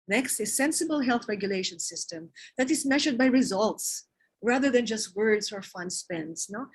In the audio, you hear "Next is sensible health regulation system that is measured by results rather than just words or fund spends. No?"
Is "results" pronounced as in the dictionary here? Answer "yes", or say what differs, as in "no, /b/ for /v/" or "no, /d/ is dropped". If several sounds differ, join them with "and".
yes